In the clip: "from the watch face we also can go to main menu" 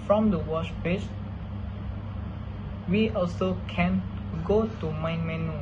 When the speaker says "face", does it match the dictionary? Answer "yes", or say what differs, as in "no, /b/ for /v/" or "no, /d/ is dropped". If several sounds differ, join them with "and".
no, /p/ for /f/